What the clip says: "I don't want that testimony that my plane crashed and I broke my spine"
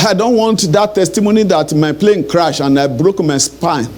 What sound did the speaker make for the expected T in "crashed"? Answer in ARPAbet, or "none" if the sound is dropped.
none